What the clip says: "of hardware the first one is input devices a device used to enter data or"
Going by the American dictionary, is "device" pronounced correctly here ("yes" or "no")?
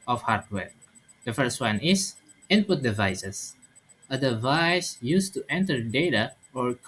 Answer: yes